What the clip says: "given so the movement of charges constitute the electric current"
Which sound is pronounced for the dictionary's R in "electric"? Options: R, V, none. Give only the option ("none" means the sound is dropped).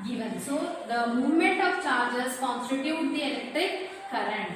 none